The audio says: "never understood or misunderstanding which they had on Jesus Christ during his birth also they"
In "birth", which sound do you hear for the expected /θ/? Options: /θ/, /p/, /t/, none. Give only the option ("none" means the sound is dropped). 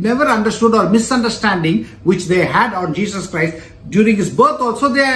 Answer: /t/